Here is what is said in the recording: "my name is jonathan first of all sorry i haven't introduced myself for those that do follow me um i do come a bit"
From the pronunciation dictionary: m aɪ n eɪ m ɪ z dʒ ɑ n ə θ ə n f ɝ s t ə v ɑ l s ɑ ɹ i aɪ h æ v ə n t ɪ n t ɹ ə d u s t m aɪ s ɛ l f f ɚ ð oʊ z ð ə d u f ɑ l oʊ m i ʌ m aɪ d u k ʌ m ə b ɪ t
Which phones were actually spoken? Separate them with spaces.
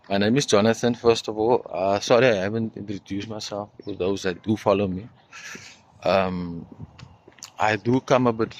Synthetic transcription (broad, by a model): m aɪ n eɪ m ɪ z dʒ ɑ n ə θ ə n f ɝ s t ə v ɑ l s ɑ ɹ i aɪ h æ v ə n t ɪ n t ɹ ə d u s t m aɪ s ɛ l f f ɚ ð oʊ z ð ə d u f ɑ l oʊ m i ʌ m aɪ d u k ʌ m ə b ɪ t